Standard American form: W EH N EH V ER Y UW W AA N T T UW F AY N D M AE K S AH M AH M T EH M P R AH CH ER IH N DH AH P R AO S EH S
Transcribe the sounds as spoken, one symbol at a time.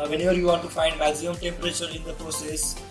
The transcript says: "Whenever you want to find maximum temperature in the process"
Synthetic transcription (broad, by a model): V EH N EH V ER Y UW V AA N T T UW F AY N D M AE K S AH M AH M T EH M P R AH CH ER IH N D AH P R AO S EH S